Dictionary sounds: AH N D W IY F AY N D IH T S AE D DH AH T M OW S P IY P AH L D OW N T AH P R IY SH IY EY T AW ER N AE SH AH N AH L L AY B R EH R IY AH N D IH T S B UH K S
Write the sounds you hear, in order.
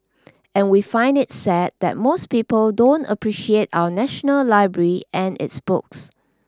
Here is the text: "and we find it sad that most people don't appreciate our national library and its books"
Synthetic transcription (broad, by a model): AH N W IY F AY N D IH T S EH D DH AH T M OW S P IY P AH L D OW N T AH P R IY SH IY EY T AW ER N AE SH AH N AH L L AY B R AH R IY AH N IH T S B UH K S